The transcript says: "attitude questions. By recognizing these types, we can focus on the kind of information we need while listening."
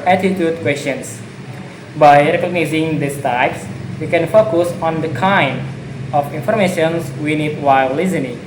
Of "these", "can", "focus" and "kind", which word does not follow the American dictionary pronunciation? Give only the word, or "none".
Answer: these